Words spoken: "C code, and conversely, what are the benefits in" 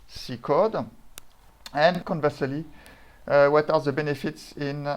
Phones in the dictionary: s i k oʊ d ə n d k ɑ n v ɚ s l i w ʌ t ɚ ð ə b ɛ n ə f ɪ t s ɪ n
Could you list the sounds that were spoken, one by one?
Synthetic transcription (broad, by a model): s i k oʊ d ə n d k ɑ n v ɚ s l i w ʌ t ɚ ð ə b ɛ n ə f ɪ t s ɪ n